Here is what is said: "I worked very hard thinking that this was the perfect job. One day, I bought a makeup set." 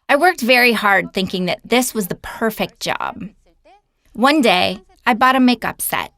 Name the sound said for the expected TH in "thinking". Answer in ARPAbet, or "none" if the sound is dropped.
TH